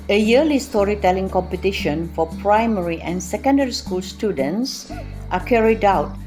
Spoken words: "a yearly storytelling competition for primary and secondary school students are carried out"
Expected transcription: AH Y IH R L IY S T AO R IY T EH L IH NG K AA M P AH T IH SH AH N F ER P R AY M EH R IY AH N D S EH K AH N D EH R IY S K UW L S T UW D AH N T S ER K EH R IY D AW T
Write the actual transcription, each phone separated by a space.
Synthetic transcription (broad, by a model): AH Y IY L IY S T AO R IY T EH L IH NG K AA M P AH T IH SH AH N F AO P R AY M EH R IY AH N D S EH K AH N D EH R IY S K UW L S T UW D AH N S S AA K EH R IY D AW T